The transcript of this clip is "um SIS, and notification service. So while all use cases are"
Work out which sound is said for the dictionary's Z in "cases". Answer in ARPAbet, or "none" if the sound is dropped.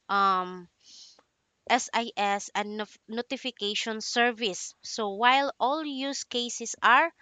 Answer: S